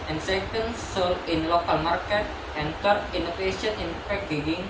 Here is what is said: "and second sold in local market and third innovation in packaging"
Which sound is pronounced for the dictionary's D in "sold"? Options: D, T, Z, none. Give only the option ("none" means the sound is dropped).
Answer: none